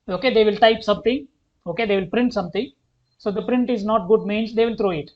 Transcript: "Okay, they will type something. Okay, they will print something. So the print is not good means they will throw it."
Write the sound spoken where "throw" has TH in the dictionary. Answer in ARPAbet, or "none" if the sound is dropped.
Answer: T